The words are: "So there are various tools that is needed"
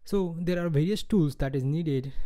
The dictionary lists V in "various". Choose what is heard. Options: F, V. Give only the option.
V